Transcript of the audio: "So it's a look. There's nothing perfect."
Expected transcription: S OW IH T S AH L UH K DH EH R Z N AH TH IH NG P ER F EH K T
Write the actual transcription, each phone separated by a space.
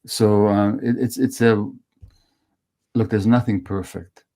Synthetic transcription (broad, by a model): S OW IH T S AH L UH K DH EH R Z N AH TH IH NG P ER F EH K T